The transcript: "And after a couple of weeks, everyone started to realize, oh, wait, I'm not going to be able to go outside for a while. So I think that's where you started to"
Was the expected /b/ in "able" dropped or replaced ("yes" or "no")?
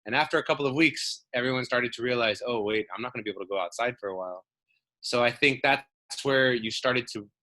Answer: yes